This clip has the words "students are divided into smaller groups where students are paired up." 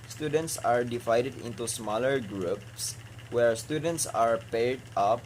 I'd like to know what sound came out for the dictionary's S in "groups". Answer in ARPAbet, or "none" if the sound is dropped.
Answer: S